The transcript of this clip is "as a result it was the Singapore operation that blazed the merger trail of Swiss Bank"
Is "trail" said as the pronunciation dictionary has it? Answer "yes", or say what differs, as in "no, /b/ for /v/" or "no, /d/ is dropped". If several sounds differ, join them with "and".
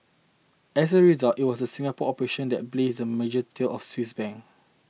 no, /ɹ/ is dropped